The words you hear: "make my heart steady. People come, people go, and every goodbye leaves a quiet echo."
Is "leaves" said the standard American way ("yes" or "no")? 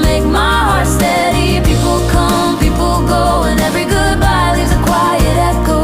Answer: no